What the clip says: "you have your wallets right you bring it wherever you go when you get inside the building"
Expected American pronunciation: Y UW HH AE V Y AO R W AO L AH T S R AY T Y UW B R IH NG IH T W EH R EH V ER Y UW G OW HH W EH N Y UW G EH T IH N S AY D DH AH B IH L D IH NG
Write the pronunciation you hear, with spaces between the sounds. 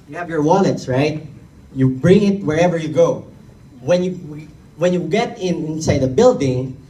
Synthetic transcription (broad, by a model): Y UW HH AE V Y AO R W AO N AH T S R AY T Y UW B R IH NG IH T W EH R EH V ER Y UW G OW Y W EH N Y UW G EH T IH N S AY D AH B IH L D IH NG